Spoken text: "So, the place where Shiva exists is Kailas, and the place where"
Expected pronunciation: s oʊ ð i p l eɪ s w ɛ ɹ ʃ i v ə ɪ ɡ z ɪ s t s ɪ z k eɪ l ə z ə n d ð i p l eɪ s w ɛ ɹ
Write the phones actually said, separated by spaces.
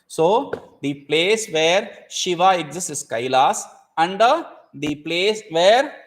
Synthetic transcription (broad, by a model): s oʊ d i p l eɪ s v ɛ ɹ ʃ i v ə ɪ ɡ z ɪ s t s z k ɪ l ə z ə n d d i p l eɪ s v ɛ ɹ